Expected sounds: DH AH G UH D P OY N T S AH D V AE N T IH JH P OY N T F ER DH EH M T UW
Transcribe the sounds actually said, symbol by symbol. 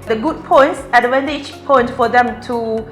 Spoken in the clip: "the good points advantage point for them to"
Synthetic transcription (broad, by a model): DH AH G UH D P OY N T S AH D W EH N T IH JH P OY N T F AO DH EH M T UW